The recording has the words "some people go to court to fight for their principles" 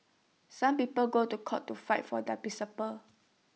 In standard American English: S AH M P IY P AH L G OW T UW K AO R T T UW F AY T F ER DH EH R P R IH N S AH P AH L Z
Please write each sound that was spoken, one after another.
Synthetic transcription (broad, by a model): S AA M P IY P AH L G OW T UW K AO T T UW F AY T F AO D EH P IY S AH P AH